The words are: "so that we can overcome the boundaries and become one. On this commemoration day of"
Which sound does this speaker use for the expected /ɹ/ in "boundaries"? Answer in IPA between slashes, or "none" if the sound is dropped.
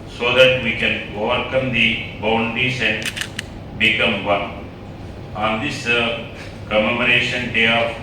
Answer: none